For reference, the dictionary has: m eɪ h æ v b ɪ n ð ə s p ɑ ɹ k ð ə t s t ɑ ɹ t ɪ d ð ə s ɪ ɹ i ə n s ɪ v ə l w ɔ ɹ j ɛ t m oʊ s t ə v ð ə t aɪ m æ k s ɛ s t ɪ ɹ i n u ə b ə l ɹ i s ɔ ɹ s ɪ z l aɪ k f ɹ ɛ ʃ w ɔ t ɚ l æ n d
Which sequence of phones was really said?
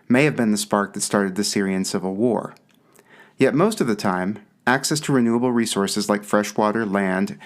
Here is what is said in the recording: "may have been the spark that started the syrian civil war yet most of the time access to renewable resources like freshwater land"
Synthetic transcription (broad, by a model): m eɪ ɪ v b ɪ n ð ə s p ɑ ɹ k ð ə t s t ɑ ɹ t ɪ d ð ə s ɪ ɹ i ə n s ɪ v l w ɔ ɹ j ɛ t m oʊ s t ə v ð ə t aɪ m æ k s ɛ s t ɪ ɹ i n u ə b l ɹ i s ɔ ɹ s ɪ z l aɪ k f ɹ ɛ ʃ w ɔ t ɚ l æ n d